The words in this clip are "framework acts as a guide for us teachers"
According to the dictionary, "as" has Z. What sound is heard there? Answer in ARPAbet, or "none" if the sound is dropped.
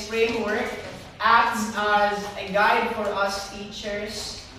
Z